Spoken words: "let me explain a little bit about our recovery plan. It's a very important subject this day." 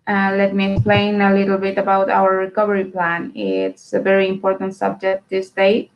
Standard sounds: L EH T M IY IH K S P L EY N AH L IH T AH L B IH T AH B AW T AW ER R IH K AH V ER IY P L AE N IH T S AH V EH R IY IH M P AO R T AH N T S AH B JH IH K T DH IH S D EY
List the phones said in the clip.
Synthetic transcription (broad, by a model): L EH T M IY IH K S P L EY N AH L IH T L B IH T AH B AW T AW ER R IH K AH V ER IY P L AE N IH T S AH V EH R IY IH M P AO R T AH N T S AH B JH IH K T DH IH S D EY